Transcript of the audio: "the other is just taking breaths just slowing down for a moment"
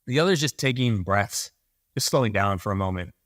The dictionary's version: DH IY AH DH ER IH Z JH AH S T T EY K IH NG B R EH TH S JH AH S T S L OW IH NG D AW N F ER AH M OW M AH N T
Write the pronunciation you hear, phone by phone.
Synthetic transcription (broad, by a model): DH IY AH DH ER Z JH AH S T T EY K IH NG B R EH TH S JH AH S T S L OW IH NG D AW N F ER AH M OW M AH N T